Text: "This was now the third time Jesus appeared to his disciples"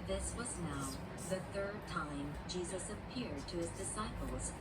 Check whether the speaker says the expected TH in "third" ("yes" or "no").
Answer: yes